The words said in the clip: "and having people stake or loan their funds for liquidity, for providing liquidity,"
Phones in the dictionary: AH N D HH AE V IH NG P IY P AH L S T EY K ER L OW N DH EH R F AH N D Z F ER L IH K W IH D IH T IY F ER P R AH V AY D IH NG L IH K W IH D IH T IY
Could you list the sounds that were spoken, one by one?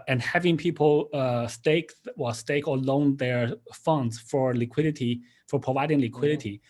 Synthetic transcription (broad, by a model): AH N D HH AE V IH NG P IY P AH W S T EY K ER L OW N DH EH R F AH N D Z F ER L IH K W IH D IH T IY F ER P R AH V AY D IH NG L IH K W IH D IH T IY